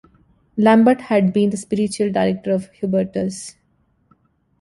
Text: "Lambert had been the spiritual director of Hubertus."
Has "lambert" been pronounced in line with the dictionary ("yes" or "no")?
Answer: yes